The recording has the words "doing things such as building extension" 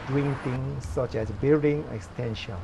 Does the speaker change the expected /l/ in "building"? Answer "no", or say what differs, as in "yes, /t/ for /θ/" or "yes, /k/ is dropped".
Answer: yes, /l/ is dropped